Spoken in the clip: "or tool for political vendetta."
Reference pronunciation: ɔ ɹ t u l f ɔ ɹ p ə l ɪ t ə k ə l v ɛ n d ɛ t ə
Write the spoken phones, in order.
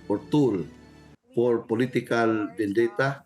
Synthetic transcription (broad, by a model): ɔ ɹ t u l p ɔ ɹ p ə l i t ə k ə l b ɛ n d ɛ t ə